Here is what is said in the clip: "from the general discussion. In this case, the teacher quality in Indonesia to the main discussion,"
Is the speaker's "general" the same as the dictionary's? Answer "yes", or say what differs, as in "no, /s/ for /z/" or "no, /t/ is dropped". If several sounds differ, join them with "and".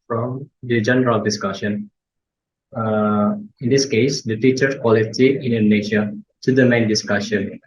yes